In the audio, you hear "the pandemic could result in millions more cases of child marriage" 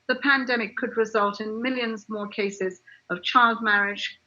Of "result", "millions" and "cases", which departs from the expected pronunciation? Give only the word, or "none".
none